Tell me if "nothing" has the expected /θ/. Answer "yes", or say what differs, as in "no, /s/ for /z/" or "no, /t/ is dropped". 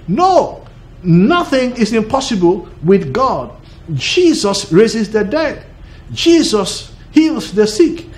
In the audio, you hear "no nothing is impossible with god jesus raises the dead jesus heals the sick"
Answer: yes